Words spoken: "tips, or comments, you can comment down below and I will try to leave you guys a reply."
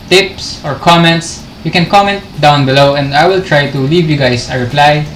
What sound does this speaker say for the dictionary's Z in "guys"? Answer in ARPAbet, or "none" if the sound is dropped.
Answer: S